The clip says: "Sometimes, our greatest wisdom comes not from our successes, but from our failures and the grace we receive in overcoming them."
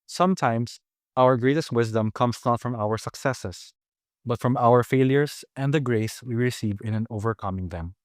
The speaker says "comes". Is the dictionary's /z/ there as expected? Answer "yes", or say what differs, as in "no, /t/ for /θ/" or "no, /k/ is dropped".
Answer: no, /s/ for /z/